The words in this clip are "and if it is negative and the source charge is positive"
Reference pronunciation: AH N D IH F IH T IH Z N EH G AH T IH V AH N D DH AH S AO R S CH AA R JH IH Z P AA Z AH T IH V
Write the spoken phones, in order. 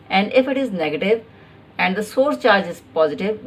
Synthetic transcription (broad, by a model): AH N D IH F IH T IH Z N EH G AH T IH V AH N D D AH S AO R S CH AA R JH IH Z P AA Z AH T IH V